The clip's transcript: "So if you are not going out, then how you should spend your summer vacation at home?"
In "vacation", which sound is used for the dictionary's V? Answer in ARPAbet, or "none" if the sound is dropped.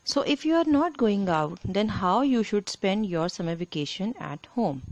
F